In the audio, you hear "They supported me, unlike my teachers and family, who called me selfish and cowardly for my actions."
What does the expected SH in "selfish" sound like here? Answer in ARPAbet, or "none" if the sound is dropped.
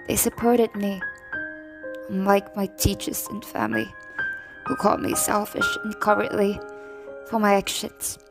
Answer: SH